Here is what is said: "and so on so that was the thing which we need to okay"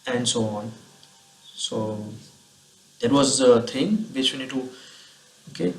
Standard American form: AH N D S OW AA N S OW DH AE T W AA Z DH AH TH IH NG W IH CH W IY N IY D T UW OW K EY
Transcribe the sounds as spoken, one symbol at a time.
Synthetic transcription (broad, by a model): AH N D S OW AA N S OW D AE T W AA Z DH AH T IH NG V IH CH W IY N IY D T UW OW K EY